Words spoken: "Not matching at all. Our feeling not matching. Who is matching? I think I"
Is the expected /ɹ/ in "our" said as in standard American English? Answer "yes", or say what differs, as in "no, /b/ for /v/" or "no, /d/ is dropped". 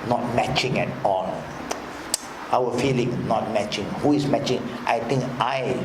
no, /w/ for /ɹ/